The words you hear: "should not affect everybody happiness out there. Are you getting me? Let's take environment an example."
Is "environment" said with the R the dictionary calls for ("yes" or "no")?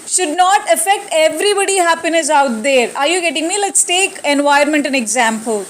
no